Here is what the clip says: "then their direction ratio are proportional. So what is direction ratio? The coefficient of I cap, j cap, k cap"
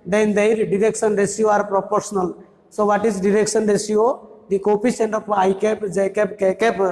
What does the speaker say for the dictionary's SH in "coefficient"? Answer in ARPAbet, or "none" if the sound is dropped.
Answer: S